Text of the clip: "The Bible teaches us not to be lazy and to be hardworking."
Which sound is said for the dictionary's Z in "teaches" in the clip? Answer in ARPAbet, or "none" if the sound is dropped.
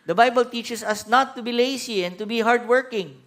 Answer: S